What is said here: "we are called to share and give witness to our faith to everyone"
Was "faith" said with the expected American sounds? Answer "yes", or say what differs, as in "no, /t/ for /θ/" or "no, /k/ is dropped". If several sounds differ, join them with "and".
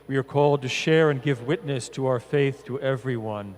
yes